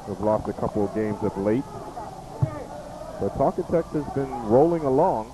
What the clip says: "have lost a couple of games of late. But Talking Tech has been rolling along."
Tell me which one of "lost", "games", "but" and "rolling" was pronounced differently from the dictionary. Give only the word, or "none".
none